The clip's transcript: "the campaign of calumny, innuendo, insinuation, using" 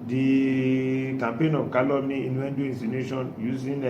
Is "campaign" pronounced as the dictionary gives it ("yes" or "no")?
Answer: yes